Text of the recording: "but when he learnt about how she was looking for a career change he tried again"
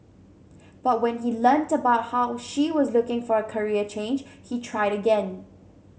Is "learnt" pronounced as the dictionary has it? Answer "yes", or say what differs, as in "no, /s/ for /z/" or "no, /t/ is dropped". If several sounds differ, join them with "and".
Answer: yes